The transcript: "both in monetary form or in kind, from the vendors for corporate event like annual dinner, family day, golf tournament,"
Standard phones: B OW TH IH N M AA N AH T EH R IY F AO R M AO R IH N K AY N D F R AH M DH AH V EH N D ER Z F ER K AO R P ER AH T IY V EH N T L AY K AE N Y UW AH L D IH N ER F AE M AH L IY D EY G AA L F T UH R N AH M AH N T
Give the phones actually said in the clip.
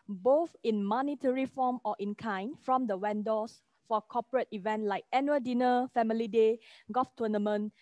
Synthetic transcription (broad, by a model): B OW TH IH N M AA N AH T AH R IY F AO M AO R IH N K AY N F R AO M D AH W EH N D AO S F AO K AO P ER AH T IY V EH N T L AY K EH N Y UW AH D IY N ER F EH M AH L IY D EY G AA F T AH N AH M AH N